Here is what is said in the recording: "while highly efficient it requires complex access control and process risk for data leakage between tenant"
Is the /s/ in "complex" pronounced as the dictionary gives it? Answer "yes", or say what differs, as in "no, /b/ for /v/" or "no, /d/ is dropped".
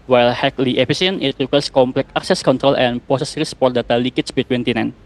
no, /s/ is dropped